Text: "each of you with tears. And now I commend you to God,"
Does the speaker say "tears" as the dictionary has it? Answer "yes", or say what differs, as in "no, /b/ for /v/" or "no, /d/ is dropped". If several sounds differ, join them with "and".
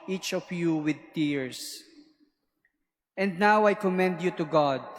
no, /s/ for /z/